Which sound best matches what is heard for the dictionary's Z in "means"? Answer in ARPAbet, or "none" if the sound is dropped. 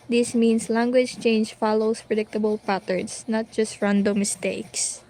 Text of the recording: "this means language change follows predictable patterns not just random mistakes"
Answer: S